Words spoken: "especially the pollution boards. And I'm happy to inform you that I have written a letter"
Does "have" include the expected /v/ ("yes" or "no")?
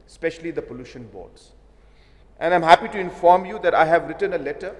yes